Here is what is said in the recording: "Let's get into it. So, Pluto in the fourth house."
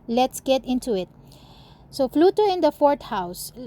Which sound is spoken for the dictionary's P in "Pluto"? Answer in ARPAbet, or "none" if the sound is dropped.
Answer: F